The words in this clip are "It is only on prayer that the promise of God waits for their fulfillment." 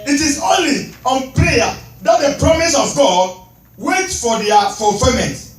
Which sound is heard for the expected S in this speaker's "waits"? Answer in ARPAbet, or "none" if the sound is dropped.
none